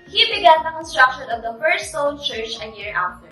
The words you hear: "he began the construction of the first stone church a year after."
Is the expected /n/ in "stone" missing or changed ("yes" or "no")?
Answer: yes